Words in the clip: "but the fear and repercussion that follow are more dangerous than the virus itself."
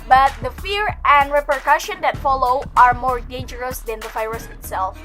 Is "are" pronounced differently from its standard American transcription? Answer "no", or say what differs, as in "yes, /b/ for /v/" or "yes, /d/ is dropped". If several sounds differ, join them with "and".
no